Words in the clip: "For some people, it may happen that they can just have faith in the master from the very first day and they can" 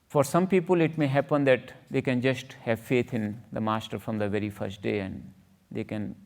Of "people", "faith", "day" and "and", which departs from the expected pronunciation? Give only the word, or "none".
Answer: faith